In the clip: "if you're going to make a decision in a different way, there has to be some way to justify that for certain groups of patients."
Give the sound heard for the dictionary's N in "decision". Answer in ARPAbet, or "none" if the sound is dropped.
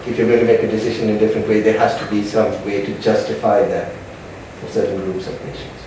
N